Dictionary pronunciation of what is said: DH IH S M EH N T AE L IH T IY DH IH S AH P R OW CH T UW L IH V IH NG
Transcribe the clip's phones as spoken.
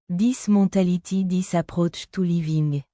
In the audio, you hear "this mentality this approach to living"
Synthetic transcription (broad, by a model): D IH S M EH T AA L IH T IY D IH S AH P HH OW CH T UW L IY V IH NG